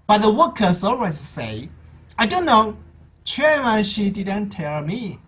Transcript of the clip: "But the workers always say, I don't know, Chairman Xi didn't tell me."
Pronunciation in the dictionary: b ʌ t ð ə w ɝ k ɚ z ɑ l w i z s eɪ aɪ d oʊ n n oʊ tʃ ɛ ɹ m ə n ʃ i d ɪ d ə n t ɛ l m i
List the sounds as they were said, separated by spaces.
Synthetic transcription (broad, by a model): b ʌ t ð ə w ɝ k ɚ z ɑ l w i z s eɪ aɪ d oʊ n n oʊ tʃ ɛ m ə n ʃ i d ɪ d ə n t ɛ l m i